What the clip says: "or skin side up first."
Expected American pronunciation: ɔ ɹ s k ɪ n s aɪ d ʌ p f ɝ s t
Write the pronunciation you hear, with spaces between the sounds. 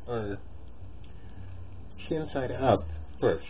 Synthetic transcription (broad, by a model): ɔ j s ɪ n s aɪ d ʌ p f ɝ s